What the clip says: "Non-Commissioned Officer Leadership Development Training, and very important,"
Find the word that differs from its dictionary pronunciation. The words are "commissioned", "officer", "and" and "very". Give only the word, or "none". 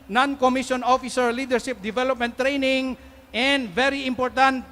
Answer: commissioned